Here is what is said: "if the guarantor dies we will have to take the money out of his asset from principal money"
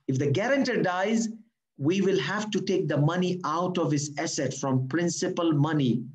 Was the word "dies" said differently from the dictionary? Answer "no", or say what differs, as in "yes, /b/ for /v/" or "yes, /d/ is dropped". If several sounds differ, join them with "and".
no